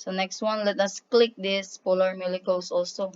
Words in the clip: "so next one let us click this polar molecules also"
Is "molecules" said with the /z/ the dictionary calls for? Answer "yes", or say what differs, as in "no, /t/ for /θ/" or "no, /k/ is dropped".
no, /s/ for /z/